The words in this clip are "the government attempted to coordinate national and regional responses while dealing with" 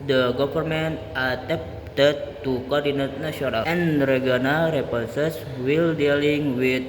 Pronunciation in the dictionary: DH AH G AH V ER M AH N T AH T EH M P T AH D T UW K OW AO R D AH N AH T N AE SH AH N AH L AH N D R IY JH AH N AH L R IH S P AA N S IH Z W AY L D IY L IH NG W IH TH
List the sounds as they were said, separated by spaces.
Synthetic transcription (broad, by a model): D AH G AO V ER M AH N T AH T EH P T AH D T UW K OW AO R D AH N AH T N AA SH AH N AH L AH N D R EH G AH N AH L R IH P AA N S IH S W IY L D IY L IH NG W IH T